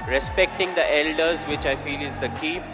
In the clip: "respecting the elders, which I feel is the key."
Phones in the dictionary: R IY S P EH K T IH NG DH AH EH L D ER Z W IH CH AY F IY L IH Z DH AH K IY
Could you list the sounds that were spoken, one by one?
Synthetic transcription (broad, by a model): R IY S P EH K T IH NG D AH EH L D ER Z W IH CH AY F IY L IH Z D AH K IY